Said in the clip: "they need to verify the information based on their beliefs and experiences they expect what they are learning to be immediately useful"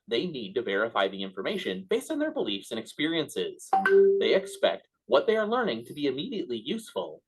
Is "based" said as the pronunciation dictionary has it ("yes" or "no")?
yes